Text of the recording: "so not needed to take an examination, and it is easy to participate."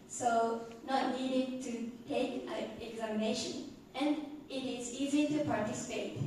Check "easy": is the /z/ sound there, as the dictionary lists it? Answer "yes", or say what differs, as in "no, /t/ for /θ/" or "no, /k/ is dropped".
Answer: yes